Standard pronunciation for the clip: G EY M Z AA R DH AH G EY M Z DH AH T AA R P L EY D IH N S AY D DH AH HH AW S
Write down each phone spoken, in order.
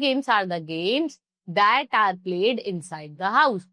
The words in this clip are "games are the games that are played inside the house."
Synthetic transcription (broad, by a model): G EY M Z AA R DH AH G EY M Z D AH T AA R P L EY D IH N S AY D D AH HH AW S